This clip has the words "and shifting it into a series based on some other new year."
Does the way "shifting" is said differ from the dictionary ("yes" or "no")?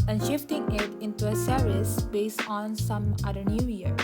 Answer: no